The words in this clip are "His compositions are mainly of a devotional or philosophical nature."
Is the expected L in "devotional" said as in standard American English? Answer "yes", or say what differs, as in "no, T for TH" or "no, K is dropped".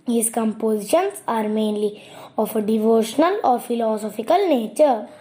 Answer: yes